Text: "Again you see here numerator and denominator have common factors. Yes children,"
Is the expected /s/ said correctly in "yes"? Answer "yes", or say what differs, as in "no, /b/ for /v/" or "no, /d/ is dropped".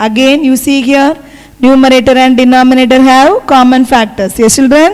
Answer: no, /s/ is dropped